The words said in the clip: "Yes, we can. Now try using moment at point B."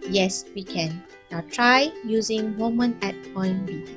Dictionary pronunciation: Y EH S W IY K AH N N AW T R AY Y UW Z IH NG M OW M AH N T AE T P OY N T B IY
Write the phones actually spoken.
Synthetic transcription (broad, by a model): Y EH S W IY K AH N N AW T R AY Y UW Z IH NG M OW M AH N EH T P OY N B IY